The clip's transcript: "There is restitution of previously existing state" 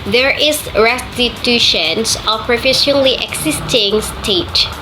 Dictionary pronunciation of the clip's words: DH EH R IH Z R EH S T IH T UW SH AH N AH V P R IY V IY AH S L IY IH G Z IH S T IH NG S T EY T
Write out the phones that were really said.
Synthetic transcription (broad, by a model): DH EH R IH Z R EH S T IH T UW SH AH N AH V P R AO F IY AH L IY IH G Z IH S T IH NG S T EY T